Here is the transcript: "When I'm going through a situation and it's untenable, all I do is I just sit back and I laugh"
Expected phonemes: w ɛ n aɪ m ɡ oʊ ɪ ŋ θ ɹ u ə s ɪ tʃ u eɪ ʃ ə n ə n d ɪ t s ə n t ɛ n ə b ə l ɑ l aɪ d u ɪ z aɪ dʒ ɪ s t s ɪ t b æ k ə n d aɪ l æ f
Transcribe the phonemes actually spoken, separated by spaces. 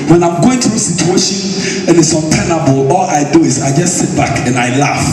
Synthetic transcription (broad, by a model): w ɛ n aɪ m ɡ oʊ ɪ ŋ t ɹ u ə s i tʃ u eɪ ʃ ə n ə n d ɪ t s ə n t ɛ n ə b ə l ɑ l aɪ d u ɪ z aɪ dʒ ɪ s t s ɪ t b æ k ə n aɪ l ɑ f